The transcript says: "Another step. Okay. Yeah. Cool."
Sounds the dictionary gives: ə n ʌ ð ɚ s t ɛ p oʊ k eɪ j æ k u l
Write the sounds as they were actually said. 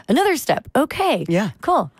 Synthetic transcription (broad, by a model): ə n ʌ ð ɚ s t ɛ p oʊ k eɪ j æ k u l